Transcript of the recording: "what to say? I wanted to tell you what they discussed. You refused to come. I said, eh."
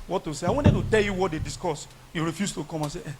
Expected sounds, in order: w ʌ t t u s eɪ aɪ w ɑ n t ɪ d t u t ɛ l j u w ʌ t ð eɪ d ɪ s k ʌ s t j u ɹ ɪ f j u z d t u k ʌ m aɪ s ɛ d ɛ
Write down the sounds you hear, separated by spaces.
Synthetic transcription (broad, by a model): w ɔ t t u s eɪ aɪ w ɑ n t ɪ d t u t ɛ l j u w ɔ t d eɪ d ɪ s k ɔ s j u ɹ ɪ f j u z t u k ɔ m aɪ s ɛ ɛ